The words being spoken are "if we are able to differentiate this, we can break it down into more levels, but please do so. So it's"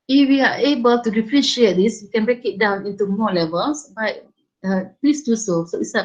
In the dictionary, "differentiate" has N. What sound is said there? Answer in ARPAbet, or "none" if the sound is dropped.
none